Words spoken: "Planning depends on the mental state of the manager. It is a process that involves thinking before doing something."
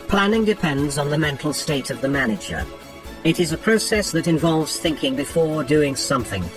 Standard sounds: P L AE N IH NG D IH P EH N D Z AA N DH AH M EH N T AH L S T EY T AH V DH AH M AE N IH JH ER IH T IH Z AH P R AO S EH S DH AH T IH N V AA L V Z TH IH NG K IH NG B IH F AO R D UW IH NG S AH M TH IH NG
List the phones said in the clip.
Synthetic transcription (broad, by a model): P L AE N IH NG D IH P EH N D Z N DH AH M EH N T L S T EY T AH V DH AH M AE N IH JH ER IH T IH Z AH P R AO S EH S DH AH T IH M V AA L V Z TH IH NG K IH NG B IH F AO R D UW IH NG S AH M TH IH NG